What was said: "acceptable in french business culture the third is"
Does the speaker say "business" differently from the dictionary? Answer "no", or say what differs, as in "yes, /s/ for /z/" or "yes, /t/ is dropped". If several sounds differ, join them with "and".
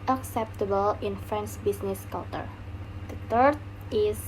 yes, /s/ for /z/